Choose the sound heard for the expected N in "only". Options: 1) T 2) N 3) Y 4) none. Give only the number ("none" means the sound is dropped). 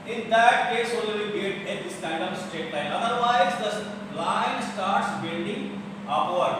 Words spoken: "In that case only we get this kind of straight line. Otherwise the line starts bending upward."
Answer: 4